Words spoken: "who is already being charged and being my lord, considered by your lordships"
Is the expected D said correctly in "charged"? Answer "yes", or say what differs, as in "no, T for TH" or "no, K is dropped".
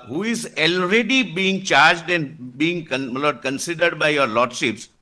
yes